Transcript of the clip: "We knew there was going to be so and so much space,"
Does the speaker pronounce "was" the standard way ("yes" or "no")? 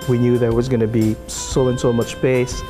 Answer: yes